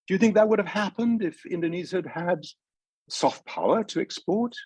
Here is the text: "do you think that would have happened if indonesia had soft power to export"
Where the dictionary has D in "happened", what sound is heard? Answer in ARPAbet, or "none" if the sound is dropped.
D